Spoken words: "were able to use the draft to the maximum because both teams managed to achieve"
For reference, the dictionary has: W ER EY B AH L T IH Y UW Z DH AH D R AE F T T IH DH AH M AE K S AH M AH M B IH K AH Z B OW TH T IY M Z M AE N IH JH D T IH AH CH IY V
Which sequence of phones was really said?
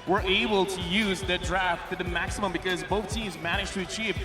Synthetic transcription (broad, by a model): W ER EY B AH L T IH Y UW Z DH AH D R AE F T T IH DH AH M AE K S AH M AH M B IH K AH Z B OW TH T IY M Z M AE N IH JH T IH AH CH IY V